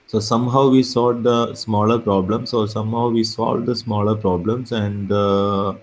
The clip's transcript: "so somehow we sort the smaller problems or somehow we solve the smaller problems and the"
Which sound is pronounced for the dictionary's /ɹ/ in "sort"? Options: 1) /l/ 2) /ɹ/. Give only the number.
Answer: 1